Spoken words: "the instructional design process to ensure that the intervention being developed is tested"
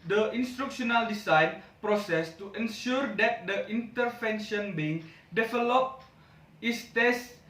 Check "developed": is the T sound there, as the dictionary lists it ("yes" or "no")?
no